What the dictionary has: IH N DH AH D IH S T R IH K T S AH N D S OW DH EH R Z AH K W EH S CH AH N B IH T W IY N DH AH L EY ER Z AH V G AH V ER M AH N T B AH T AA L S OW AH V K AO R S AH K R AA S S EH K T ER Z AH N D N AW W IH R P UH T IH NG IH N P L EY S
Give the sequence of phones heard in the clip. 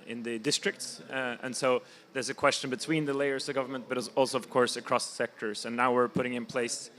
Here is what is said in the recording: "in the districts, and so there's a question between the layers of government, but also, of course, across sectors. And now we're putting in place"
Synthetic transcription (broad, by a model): IH N DH AH D IH S T R IH K T S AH N S OW DH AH R Z AH K W EH S CH AH N B IH T W IY N DH AH L EY ER Z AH G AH V ER M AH N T B AH T AA L S OW AH V K AO R S AH K R AA S S EH K T ER Z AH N N AW W IH R P UH T IH NG IH N P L EY S